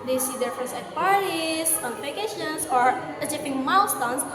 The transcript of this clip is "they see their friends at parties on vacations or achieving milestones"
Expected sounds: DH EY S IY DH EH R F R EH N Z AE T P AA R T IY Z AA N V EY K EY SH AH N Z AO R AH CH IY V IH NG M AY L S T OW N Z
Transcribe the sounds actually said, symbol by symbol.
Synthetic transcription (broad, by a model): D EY S IY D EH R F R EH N S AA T P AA R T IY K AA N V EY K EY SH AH N S AO R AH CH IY P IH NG M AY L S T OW N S